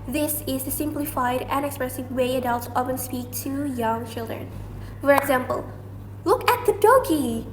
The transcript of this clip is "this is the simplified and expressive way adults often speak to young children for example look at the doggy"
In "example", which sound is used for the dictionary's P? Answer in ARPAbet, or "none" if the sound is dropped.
P